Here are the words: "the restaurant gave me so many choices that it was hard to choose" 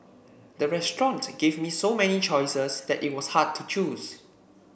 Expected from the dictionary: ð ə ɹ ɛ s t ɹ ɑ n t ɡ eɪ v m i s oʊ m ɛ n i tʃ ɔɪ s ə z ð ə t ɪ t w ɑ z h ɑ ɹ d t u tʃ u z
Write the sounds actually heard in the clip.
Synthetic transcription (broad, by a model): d ə ɹ ɛ s t ɹ ɑ n t ɡ eɪ v m i s oʊ m ɛ n i tʃ ɔɪ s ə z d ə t ɪ t w ɑ s h ɑ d t u tʃ u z